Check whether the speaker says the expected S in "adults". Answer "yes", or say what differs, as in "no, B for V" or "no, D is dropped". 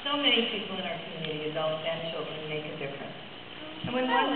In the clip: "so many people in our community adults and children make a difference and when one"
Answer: no, S is dropped